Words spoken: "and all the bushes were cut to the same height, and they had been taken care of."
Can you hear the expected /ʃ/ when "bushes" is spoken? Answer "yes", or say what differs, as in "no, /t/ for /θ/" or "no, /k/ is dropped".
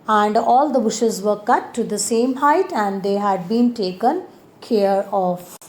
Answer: yes